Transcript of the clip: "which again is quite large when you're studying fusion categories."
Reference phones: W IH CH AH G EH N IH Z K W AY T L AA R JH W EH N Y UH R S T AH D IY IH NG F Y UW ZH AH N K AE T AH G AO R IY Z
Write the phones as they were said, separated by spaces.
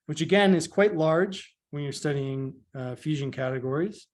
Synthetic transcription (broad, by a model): W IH CH AH G EH N IH Z K W AY T L AA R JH W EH N Y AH R S T AH D IY IH NG F Y UW ZH AH N K AE T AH G AO R IY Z